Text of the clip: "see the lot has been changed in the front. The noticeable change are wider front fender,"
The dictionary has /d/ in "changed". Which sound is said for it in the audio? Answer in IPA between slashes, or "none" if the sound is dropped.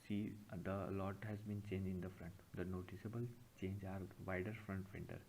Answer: none